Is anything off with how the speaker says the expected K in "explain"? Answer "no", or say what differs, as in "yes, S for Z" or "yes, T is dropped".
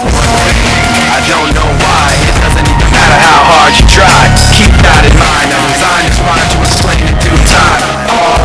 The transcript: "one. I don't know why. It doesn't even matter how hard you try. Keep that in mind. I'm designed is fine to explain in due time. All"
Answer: yes, K is dropped